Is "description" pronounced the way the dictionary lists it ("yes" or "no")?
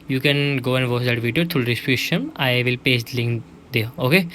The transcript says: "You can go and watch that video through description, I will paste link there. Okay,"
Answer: no